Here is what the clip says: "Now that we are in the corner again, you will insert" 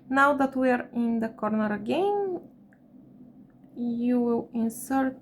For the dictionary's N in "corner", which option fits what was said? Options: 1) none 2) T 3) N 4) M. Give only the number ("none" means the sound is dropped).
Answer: 3